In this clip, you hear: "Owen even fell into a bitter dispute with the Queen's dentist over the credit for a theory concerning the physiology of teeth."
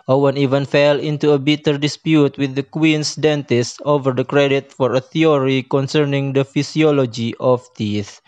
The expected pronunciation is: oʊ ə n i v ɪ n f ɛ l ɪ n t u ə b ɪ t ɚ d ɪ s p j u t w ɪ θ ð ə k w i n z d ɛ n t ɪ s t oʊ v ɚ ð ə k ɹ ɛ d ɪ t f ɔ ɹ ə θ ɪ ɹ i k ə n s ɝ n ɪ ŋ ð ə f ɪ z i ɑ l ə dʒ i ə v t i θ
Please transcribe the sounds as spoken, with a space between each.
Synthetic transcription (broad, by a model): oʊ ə n i v ɪ n f ɛ l ɪ n t u ə b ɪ t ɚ d ɪ s p j u t w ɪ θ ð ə k w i n s d ɛ n t ɪ s t oʊ v ɚ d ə k ɹ ɛ d ɪ t f ɔ ɹ ə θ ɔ ɹ i k ə n s ɝ n ɪ ŋ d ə f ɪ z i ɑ l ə dʒ i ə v t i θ